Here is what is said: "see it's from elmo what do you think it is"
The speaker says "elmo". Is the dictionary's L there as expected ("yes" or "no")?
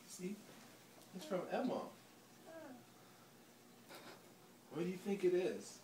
no